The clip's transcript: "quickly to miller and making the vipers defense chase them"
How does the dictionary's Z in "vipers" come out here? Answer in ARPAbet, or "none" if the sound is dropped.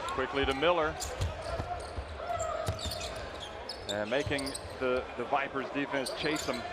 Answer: Z